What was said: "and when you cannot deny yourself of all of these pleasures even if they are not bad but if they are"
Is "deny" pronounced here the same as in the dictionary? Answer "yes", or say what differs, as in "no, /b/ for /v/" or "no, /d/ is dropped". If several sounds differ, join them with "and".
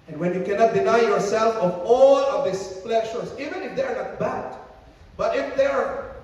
yes